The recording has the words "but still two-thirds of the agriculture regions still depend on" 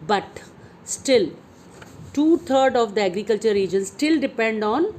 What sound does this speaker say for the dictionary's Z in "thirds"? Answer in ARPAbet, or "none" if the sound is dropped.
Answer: none